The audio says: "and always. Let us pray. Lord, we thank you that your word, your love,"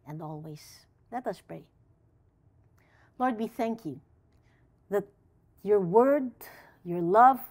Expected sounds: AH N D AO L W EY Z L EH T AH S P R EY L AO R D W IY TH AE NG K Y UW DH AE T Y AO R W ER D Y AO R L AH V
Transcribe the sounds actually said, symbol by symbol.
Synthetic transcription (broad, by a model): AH N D AO L W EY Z L EH T AH S P R EY L AO R D W IY TH AE NG K Y UW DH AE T Y AO R W ER D Y AO R L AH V